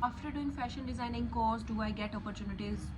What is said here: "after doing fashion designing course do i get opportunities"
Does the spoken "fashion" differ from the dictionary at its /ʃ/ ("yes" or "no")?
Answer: no